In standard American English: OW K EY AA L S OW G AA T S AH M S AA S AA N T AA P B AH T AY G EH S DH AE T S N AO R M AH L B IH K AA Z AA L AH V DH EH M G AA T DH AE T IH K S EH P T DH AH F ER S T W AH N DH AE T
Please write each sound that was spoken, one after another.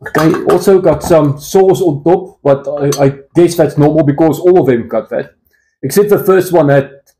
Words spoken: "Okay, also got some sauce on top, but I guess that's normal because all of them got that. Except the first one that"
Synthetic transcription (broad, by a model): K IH AA L S OW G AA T S AH M S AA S AA N T AA P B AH T AY G EH S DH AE T S N AO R M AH L B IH K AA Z AA L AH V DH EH M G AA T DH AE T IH K S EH T DH AH F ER S T W AH N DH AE T